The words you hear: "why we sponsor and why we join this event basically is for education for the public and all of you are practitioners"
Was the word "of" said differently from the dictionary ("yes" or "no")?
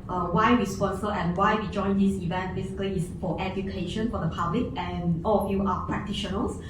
yes